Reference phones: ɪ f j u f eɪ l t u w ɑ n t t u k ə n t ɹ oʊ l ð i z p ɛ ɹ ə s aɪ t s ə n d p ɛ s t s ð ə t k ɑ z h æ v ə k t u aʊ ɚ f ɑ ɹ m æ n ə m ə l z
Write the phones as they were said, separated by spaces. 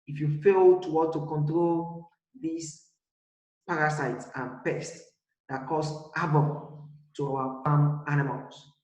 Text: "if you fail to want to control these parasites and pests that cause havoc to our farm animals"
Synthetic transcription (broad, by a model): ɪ f j u f eɪ l t u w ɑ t t u k ə n t ɹ oʊ l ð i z p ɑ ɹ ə s aɪ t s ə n p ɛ s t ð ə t k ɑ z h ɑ b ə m t u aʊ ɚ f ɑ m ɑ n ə m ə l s